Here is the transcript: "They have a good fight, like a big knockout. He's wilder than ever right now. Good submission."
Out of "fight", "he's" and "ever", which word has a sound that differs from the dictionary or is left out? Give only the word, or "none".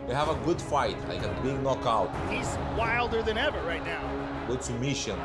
none